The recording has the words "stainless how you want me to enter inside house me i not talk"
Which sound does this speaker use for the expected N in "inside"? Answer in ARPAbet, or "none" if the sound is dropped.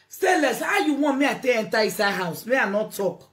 none